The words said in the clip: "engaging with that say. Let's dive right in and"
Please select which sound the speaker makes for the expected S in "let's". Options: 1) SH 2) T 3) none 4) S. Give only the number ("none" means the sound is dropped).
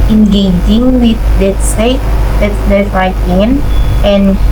3